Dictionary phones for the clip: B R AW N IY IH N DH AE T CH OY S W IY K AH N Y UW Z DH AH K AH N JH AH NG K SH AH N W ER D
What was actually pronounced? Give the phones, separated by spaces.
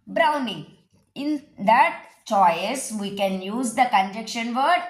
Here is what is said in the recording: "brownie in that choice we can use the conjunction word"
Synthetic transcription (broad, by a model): B R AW N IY IH N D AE T CH OY S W IY K AH N Y UW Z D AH K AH N JH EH K SH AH N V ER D